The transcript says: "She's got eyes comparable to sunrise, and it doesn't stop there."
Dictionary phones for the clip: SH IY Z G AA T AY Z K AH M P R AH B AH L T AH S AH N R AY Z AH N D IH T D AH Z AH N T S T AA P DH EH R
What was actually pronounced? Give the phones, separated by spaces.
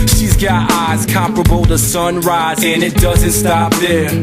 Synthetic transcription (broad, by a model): SH IY Z G AA T AY Z K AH M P R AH B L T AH S AH N R AY Z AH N IH T D AH Z AH N T S T AA P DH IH